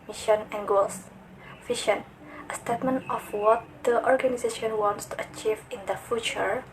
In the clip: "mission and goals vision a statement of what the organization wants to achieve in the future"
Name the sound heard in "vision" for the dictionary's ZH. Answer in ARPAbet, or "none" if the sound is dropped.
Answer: SH